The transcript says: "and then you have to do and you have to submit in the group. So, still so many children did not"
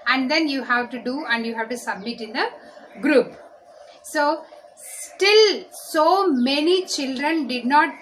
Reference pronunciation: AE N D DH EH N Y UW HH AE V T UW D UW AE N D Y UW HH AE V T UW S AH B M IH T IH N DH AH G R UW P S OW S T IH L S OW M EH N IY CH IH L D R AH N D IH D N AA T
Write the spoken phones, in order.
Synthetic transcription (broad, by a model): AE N D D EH N Y UW HH AE V T UW D UW AE N D Y UW HH AE V T UW S AH B M IH T IH N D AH G R UW P S OW S T IH L S OW M EH N IY CH IH L D R AH N D IH D N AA T